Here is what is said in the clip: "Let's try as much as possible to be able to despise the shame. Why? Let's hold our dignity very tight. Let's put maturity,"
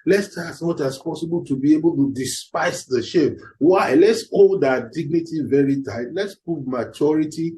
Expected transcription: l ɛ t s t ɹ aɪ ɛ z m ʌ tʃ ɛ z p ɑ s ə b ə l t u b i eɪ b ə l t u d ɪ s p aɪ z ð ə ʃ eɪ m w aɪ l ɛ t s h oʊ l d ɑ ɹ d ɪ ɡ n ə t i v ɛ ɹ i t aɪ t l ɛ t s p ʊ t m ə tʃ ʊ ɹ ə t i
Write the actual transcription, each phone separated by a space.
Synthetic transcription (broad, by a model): l ɛ s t aɪ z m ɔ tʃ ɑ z p ɑ s ə b ə l t u b i eɪ b ə l t u d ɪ s p aɪ s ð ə ʃ eɪ m w aɪ l ɛ t s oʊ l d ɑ d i ɡ n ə t i v ɛ ɹ i t aɪ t l ɛ t s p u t m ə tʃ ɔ ɹ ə t i